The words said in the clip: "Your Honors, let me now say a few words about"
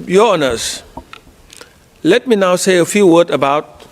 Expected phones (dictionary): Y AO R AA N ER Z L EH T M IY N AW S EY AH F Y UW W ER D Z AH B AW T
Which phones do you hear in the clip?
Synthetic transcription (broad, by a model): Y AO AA N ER S L EH T M IY N AW S EY AH F Y UW W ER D AH B AW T